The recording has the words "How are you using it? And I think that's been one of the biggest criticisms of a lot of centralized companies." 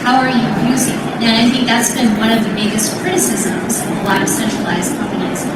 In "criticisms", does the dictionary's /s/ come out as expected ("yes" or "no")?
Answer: yes